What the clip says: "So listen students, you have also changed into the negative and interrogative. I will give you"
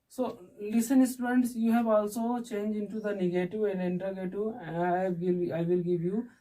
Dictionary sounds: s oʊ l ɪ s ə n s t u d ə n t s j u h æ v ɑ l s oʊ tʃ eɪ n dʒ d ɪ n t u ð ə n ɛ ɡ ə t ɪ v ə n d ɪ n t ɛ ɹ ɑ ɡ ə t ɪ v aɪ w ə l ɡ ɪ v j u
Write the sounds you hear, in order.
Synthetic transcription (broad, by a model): s oʊ l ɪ s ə n s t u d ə n t s j u h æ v ɑ l s oʊ tʃ eɪ n dʒ ɪ n t u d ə n ɛ ɡ ə t ɪ v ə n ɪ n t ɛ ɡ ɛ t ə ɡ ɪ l aɪ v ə l ɡ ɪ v j u